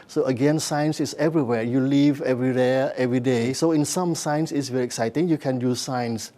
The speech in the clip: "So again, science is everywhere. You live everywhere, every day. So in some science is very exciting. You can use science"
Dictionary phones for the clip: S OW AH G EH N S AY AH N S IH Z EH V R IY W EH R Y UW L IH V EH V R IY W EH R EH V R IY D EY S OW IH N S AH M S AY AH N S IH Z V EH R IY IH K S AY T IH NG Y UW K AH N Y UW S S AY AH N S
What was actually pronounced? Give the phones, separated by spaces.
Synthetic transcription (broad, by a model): S OW AH G EH N S AY AH N S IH S EH V R IY W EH Y UW L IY V EH V R IY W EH EH V R IY D EY S OW IH N S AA M S AY AH N S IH S V EH R IY IH K S AY T IH NG Y UW K AH N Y UW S S AY N S